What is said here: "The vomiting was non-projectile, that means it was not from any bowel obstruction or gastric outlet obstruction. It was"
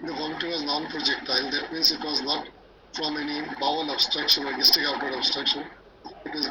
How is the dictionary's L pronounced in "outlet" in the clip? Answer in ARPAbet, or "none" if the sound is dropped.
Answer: none